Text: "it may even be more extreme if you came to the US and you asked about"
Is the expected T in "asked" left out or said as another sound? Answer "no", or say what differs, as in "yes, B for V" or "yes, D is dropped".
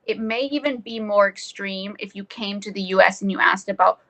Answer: no